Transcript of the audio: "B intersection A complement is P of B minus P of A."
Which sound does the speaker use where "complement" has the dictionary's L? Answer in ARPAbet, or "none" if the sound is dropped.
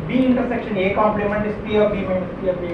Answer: L